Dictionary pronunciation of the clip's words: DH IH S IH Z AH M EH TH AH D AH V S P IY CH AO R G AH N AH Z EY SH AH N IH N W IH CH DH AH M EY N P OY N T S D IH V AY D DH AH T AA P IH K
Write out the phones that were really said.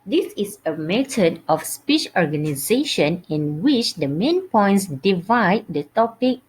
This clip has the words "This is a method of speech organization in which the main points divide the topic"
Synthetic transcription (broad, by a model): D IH S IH S AH M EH T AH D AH F S P IY CH AO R G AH N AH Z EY SH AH N IH N W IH CH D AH M EY N P OY N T S D IH V AY D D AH T AA P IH K